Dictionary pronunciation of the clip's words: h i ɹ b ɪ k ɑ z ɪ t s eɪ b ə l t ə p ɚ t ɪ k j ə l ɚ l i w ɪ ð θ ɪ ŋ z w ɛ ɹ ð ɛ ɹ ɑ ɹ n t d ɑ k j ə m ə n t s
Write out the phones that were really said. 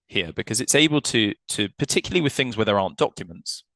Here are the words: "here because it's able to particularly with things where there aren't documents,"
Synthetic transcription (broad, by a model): h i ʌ b ɪ k ɑ z ɪ t s eɪ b ə l t ə p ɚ t ɪ k j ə l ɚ l i w ɪ ð θ ɪ ŋ z w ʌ ð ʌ ɹ ɑ n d ɑ k j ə m ə n t s